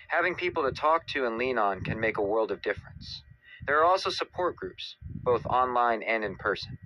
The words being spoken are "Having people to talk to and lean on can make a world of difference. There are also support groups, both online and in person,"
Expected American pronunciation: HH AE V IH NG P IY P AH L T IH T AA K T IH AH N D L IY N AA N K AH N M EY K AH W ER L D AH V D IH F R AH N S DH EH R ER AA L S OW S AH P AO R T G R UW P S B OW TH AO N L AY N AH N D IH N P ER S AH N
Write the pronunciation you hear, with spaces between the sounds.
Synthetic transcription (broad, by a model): HH AE V IH NG P IY P L T IH T AA K T IH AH N L IY N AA N K AH N M EY K AH W ER L D AH V D IH F R AH N S DH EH R AA L S OW S AH P AO R T G R UW P S B OW TH AO N L AY N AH N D IH N P ER S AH N